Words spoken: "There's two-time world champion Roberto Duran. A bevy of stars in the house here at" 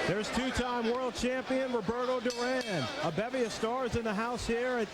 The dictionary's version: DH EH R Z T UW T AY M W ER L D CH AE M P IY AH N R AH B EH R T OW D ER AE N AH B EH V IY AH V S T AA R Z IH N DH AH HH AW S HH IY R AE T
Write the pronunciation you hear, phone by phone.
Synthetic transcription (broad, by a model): DH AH R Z T UW T AY M W ER L D CH AE M P IY AH N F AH B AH R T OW D ER AE N AH B EH V IY AH V S T AA R Z IH N DH AH HH AW S HH IY R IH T